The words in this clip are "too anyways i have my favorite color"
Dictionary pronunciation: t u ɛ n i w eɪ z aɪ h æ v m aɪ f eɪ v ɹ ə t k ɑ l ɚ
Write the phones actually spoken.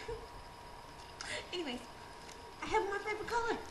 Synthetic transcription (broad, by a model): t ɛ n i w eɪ aɪ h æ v m aɪ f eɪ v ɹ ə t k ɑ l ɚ